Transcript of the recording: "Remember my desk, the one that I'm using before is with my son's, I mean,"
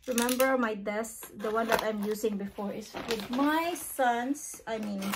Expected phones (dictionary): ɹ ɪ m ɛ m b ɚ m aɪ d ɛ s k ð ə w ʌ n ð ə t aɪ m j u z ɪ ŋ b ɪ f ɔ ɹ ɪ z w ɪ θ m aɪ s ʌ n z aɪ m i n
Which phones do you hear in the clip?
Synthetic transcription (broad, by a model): ɹ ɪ m ɛ m b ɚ m aɪ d ɛ s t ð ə w ʌ n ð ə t aɪ m j u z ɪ ŋ b ɪ f ɔ ɹ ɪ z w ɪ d m aɪ s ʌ n s aɪ m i n